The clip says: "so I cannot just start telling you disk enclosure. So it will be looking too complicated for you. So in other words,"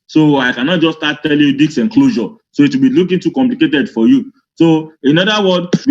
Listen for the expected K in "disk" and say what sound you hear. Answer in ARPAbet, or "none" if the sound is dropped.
none